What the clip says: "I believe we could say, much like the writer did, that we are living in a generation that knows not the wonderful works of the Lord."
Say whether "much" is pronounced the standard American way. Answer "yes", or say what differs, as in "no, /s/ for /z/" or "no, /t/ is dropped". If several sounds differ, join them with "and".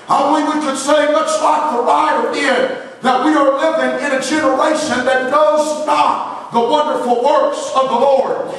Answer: no, /s/ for /tʃ/